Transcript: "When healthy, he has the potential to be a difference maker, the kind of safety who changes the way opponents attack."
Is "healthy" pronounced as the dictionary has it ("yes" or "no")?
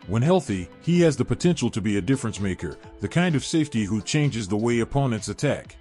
yes